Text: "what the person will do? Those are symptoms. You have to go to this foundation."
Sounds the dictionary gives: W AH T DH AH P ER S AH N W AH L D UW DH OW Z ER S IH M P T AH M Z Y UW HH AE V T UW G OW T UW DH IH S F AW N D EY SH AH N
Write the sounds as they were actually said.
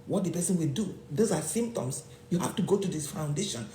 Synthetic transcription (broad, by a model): W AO T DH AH P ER S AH N W AH L D UW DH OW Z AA S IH M P T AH M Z Y UW HH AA F T UW G OW T UW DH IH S F AW N D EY SH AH N